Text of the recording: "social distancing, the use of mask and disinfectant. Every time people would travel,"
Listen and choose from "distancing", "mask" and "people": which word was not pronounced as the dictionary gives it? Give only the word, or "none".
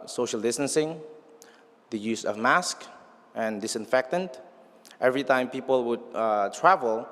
none